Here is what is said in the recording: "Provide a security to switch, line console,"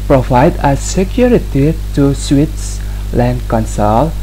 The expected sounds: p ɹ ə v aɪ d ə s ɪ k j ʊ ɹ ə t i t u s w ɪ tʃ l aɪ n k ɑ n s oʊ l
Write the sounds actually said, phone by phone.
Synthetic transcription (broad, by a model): p ɹ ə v aɪ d ə s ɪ k j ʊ ɹ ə t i t u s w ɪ s l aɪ n k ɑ n s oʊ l